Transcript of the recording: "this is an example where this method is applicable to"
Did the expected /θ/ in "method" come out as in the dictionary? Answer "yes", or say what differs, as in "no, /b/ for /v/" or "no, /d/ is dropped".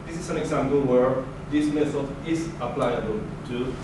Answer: no, /s/ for /θ/